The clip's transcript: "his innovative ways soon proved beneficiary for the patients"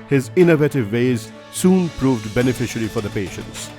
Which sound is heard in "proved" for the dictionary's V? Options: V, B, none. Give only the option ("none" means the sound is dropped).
V